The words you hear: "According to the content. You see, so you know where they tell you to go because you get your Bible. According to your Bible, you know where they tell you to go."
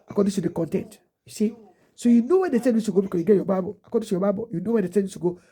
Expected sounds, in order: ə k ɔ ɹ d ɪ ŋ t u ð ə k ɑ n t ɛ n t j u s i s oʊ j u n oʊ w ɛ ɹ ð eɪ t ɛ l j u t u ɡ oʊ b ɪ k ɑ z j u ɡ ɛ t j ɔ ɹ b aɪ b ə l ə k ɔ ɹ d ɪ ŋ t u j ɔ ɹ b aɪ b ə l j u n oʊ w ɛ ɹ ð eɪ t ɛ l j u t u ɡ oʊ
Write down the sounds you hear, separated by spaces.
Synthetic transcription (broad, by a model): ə k ɔ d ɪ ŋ t u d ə k ɑ n t ɛ n t j u s i s oʊ j u n oʊ w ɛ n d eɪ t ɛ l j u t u ɡ oʊ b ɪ k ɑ j u ɡ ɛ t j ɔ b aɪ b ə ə k ɔ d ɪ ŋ t u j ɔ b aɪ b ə j u n oʊ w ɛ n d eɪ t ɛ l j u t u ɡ oʊ